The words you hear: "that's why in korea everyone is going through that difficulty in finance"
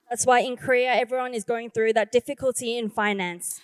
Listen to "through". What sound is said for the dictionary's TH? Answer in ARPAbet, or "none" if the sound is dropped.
TH